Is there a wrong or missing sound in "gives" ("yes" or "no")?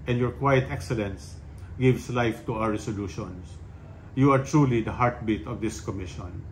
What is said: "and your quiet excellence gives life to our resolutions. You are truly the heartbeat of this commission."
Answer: yes